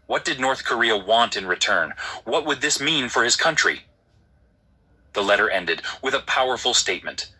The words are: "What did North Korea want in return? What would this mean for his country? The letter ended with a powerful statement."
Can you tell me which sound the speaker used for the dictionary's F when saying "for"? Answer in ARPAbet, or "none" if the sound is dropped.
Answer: F